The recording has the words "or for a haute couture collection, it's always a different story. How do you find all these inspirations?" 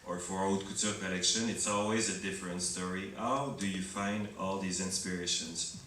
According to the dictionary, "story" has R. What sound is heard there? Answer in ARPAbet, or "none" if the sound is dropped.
R